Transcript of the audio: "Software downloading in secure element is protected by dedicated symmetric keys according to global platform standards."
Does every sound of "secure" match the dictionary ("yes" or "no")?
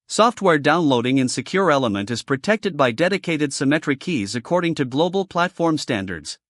yes